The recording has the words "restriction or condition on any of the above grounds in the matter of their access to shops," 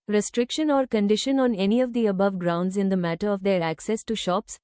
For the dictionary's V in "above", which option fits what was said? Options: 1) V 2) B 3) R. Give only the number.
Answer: 1